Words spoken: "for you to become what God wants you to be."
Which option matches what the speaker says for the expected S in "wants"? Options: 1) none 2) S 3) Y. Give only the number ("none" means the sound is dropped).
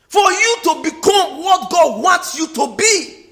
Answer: 2